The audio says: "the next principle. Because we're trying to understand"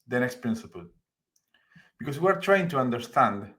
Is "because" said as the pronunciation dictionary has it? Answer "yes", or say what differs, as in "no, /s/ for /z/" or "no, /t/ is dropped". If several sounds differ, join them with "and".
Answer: no, /s/ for /z/